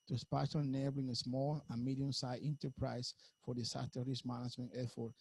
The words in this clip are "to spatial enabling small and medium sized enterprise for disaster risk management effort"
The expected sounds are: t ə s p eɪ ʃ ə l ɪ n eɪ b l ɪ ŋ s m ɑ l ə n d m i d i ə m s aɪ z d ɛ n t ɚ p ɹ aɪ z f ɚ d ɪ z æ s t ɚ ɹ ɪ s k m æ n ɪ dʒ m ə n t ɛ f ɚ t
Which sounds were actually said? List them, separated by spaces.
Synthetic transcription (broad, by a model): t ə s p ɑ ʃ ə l n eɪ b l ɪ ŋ s m ɑ l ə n m i d i ə m s aɪ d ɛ n t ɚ p ɹ aɪ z f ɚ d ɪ s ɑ t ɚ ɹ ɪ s m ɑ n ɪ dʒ m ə n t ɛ f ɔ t